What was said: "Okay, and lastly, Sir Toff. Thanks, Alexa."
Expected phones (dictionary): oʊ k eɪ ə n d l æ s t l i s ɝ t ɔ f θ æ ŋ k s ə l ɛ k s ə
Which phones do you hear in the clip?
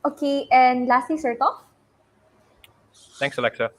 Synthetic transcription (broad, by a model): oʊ k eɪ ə n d l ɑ s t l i s ɝ t ɔ f t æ ŋ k s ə l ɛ k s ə